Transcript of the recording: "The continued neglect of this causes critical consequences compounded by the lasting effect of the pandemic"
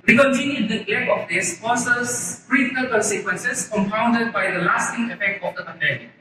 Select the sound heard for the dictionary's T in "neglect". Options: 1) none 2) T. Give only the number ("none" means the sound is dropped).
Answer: 1